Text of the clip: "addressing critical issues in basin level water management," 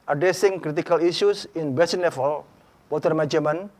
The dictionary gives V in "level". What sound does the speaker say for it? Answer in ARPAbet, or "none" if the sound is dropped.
F